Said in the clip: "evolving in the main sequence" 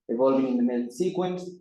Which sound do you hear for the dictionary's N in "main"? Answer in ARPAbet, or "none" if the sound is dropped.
L